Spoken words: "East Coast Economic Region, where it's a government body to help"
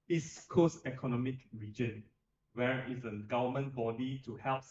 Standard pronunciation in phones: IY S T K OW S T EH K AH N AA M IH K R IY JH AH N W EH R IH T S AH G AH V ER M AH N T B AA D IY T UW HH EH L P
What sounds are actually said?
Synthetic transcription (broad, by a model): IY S K OW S EH K AH N AA M IH K R IY JH AH N W EH R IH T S AH G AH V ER M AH N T B AA D IY T UW HH EH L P